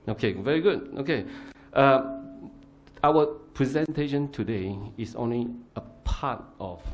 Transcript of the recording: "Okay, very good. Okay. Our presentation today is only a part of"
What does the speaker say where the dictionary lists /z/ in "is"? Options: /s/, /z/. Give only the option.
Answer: /s/